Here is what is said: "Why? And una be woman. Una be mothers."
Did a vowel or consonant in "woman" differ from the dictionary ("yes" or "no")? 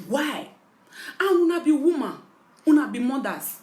yes